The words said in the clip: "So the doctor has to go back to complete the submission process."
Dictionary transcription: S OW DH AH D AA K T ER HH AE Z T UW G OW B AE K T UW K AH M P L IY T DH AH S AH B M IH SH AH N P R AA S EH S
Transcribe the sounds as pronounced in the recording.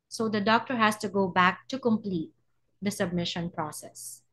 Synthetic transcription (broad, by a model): S OW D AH D AA K T ER HH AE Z T UW G OW B AE K T UW K AH M P L IY T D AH S AH B M IH SH AH N P R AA S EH S